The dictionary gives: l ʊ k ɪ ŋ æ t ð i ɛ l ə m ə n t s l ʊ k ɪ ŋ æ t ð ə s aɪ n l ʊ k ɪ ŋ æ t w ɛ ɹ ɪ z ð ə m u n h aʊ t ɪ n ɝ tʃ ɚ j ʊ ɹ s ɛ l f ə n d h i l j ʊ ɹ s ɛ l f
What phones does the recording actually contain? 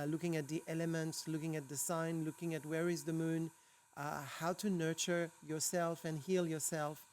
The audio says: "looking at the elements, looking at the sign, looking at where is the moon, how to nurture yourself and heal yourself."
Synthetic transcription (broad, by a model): l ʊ k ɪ ŋ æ t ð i ɛ l ə m ə n t s l ʊ k ɪ ŋ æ t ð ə s aɪ n l ʊ k ɪ ŋ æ t w ɛ ɹ ɪ z ð ə m u n h aʊ t ɪ n ɝ tʃ ɚ j ʊ ɹ s ɛ l f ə n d h i l j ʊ ɹ s ɛ l f